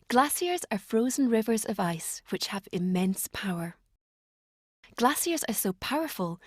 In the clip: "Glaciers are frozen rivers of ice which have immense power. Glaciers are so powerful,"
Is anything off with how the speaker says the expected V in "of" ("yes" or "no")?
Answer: no